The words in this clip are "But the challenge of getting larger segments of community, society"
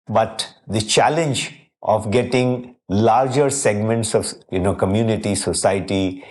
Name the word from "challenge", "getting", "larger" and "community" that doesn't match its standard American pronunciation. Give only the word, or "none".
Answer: none